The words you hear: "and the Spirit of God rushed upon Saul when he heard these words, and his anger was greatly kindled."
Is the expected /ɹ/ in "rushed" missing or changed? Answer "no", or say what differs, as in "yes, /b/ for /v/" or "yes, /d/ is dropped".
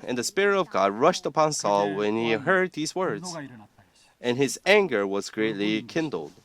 no